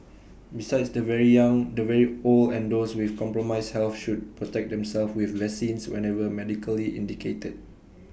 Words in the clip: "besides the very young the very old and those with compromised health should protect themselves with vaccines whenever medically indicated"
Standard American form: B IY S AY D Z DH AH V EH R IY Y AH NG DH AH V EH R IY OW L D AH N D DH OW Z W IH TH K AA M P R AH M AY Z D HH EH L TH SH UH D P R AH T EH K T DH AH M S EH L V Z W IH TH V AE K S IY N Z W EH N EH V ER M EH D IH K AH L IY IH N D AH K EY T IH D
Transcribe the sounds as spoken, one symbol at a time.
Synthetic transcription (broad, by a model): B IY S AY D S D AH V EH R IY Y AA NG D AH V EH R IY OW L AH N D OW S W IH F K AA M P R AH M AY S HH EH L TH SH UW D P R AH T EH K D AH M S EH L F W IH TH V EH S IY N S W EH N EH V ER M EH D IH K AH L IY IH N D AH K EY T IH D